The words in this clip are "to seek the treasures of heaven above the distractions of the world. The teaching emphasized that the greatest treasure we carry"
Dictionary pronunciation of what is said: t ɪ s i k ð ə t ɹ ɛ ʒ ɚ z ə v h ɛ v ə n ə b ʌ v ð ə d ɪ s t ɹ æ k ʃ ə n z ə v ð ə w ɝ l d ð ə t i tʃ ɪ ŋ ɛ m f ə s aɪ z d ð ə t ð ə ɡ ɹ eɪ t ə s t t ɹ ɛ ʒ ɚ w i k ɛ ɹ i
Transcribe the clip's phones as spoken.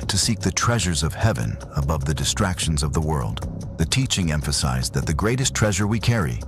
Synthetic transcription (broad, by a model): t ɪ s i k ð ə t ɹ ɛ ʒ ɚ z ə v h ɛ v ə n ə b ʌ v ð ə d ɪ s t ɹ æ k ʃ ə n z ə v ð ə w ɝ l d ð ə t i tʃ ɪ ŋ ɛ m f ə s aɪ z ð ə t ð ə ɡ ɹ eɪ t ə s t t ɹ ɛ ʒ ɚ w i k ɛ ɹ i